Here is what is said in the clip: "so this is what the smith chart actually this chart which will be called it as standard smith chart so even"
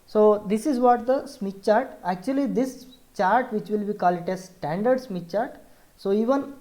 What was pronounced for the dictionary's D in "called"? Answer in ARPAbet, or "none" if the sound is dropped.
none